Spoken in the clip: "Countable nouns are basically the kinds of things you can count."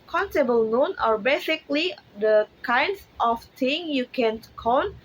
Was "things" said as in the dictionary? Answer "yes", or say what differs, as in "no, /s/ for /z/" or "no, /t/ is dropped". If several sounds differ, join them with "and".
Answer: no, /z/ is dropped